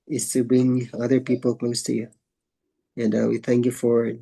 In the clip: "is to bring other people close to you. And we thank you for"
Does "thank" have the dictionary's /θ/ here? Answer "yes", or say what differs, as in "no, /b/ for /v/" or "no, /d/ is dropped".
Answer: yes